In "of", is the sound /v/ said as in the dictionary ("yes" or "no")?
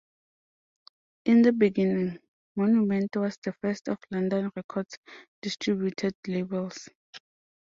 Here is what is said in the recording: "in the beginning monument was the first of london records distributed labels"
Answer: no